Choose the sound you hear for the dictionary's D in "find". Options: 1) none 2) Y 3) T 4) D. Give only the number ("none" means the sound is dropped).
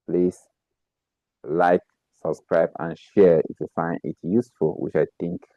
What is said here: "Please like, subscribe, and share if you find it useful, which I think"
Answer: 1